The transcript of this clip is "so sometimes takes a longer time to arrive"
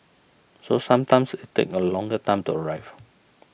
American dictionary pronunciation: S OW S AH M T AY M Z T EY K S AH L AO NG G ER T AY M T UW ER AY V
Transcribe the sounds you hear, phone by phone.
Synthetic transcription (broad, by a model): S OW S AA M T AY M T T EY K AH L AO NG G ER T AY M T UW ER AY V